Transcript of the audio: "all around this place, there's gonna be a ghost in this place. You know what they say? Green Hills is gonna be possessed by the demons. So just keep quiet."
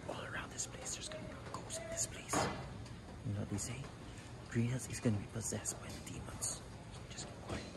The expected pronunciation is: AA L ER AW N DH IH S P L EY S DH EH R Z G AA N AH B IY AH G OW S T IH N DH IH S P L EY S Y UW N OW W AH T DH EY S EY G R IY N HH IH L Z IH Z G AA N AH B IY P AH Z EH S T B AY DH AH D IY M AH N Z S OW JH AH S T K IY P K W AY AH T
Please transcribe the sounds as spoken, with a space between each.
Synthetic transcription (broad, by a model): AA L ER AW N DH IH S P L EY S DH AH R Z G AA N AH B AH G OW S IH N DH IH S P L EY S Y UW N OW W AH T DH EY S EY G R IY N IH Z IH Z G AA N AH B IY P AH Z EH S T B AY DH AH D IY M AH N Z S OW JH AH S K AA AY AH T